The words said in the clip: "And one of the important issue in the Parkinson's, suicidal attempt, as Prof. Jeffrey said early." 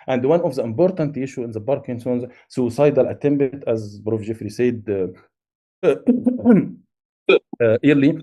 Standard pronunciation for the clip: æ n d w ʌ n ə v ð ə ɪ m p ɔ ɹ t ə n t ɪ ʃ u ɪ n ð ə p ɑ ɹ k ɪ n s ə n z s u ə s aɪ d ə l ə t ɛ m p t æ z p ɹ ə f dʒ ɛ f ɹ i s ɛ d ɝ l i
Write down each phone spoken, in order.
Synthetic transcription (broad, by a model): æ n d w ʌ n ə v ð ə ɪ m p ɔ ɹ t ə n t ɪ ʃ u ɪ n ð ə b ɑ ɹ k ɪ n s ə n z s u s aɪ d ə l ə t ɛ m b t æ z b ɹ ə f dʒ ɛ f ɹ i s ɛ d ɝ l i